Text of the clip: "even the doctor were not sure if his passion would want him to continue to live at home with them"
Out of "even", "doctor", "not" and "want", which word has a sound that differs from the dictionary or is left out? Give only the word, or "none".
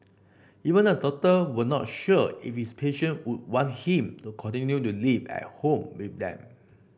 doctor